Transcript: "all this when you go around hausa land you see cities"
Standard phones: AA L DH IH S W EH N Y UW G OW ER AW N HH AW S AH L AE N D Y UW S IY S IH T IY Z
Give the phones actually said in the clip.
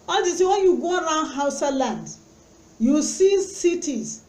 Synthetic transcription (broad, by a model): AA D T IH W EH N Y UW G OW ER AW N HH AW S AH L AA N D Y UW S IY S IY T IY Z